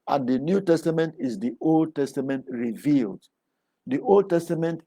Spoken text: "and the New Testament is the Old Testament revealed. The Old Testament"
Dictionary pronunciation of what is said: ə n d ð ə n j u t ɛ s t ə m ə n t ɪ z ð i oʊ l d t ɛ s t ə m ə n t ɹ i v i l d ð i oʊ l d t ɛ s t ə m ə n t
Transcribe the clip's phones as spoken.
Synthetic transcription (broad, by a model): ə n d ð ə n j u t ɛ s t ə m ə n t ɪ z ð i oʊ l d t ɛ s t ə m ə n t ɹ i v i l d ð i oʊ l d t ɛ s t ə m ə n t